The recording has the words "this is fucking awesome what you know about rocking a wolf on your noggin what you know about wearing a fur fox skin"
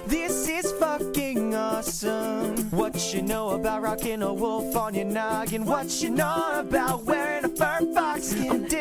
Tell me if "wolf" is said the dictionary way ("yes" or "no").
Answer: yes